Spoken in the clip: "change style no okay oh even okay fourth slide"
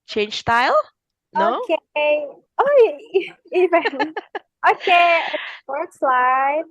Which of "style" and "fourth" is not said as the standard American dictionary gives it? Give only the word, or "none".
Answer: fourth